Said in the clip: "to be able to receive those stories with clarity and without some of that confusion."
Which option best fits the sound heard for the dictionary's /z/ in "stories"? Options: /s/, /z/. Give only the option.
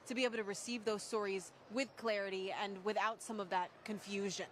/z/